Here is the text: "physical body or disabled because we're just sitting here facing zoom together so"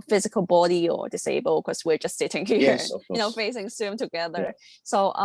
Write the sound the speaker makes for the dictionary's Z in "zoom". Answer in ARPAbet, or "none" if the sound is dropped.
S